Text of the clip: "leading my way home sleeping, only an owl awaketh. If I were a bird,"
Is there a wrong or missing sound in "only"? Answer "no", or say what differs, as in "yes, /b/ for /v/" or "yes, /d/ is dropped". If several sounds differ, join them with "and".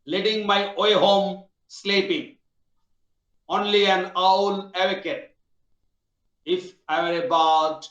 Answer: no